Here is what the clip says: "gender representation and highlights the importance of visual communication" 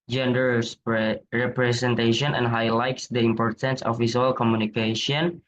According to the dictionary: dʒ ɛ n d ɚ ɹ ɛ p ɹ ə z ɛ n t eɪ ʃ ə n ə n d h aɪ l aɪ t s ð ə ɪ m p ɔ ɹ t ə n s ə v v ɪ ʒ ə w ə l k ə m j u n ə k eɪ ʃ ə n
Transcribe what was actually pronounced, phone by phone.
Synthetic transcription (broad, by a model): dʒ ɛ n d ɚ ɹ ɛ p ɹ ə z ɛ n t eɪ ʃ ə n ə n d h aɪ l aɪ t s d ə ɪ m p ɔ ɹ t ə n s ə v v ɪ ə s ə l k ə m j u n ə k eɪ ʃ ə n